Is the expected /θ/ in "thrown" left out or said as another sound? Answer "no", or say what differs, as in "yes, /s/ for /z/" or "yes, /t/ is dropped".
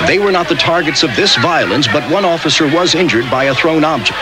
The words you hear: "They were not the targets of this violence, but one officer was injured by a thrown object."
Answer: no